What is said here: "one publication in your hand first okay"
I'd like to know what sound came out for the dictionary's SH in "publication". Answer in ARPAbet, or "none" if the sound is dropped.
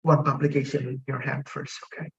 none